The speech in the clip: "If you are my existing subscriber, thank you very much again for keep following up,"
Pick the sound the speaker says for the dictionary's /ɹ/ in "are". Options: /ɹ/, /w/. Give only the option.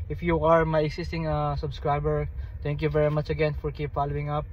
/ɹ/